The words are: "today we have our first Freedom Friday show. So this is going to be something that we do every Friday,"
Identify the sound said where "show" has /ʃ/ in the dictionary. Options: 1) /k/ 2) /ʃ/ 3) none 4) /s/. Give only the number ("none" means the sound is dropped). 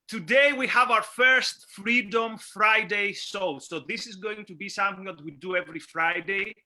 4